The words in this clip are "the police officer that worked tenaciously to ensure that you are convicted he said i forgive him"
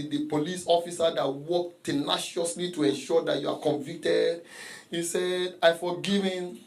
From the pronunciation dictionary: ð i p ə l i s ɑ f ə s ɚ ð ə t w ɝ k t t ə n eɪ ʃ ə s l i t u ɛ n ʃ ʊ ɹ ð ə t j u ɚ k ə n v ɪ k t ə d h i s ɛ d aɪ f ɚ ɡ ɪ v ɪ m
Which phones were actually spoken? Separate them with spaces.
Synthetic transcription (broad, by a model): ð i p ə l i s ɑ f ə s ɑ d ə t w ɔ k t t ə n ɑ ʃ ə s l i t u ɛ n ʃ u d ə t j u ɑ k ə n v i k t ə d h i s ɛ d aɪ f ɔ ɡ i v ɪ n